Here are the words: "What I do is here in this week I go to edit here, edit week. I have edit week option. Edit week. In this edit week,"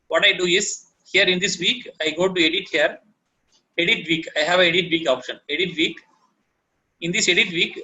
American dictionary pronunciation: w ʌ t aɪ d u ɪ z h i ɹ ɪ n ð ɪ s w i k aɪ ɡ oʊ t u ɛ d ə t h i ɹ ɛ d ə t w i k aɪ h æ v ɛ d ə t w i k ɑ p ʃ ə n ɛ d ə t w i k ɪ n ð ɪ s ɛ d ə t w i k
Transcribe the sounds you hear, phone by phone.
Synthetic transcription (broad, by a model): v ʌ t aɪ d u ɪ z h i ɹ ɪ n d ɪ s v i k aɪ ɡ oʊ t u ɛ d ə t h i ɹ ɛ d ə t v i k aɪ h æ v ɛ d ə t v i k ɑ p ʃ ə n ɛ d ə t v i k ɪ n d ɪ s ɛ d ə t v i k